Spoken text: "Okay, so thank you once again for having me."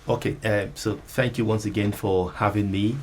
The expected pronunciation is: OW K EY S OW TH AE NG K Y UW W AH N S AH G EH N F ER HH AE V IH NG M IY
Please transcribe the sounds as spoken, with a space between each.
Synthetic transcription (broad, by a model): OW K EY S OW TH AE NG K Y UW W AH N S AH G EH N F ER HH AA V IH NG M IY